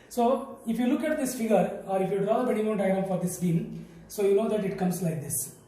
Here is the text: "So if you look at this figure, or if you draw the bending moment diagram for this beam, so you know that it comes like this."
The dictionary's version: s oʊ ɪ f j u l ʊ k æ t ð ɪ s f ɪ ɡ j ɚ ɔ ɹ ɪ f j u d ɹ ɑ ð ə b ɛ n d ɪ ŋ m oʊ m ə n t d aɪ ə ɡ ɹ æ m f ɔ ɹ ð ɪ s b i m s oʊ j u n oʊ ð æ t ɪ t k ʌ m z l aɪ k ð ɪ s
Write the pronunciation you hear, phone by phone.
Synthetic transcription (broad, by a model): s oʊ ɪ f j u l ʊ k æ t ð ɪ s f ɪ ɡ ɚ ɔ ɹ ɪ f j u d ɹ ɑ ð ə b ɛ d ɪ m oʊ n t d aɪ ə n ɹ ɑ f ɔ ɹ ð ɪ s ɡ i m s oʊ j u n oʊ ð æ t ɪ t k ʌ m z l aɪ k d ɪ s